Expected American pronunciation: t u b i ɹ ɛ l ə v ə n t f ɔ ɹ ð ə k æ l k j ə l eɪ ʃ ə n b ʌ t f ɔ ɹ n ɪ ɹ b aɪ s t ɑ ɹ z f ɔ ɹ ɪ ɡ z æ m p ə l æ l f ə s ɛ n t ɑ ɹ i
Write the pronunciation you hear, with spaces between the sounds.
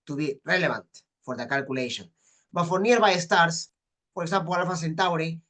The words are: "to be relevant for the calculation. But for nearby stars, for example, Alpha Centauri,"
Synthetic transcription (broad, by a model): t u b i ɹ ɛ l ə b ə n t f ɔ ɹ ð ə k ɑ l k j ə l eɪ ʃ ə n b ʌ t f ɔ ɹ n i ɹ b aɪ s t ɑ ɹ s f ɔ ɹ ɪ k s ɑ m p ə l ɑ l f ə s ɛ n t ɑ ɹ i